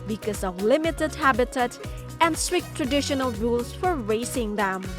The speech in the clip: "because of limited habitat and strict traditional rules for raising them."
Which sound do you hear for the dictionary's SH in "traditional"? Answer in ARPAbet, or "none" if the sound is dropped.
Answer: SH